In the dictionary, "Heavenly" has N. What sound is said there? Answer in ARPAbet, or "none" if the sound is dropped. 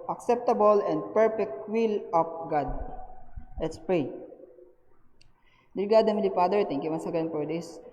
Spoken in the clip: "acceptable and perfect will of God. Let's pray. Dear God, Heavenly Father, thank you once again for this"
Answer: none